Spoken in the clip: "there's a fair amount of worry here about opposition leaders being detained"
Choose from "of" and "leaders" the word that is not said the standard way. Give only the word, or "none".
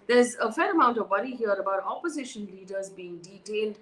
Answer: none